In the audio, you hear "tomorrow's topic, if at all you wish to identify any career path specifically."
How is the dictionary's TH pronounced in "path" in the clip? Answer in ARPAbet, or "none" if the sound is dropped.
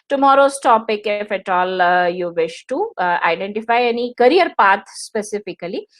T